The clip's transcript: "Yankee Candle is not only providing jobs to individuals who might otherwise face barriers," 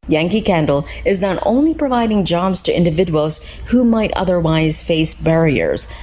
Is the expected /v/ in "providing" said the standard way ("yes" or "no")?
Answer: yes